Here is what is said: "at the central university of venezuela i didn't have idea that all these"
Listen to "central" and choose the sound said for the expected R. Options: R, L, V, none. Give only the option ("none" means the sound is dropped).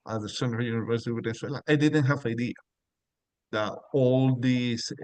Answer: none